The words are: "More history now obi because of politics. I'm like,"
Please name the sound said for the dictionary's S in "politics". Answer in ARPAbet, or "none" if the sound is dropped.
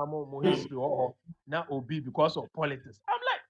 S